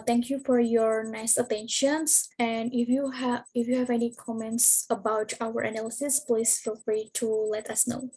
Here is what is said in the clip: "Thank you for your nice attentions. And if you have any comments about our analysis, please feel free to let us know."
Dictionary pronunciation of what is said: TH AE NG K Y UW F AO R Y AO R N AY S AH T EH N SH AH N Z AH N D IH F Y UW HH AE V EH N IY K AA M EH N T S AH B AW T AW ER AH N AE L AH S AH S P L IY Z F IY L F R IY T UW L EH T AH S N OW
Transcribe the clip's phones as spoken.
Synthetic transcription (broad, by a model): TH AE NG K Y UW F AO R Y AO R N AY S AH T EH N SH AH N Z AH N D IH F Y UW HH AE V EH N IY K AA M EH N T S AH B AW T AW ER AH N AE L AH S AH S P L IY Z F IY L F R IY T UW L EH T AH S N OW